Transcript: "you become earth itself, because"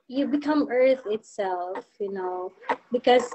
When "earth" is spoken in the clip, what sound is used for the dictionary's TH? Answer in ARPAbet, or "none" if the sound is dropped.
TH